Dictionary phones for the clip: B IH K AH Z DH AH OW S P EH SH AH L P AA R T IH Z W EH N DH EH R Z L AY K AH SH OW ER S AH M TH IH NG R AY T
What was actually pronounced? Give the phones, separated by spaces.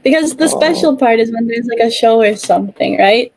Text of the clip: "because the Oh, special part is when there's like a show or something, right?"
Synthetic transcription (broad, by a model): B IH K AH Z DH AH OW S P EH SH L P AA R T IH Z W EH N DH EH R Z L AY K AH SH OW ER S AH M TH IH NG R AY T